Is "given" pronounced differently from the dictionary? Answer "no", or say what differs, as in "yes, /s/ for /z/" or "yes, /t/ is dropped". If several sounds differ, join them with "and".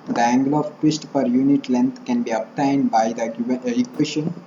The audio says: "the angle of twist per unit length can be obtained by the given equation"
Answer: yes, /n/ is dropped